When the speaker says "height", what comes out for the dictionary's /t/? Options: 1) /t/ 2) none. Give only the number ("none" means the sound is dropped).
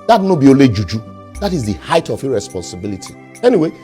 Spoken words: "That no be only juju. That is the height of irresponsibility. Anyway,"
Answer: 1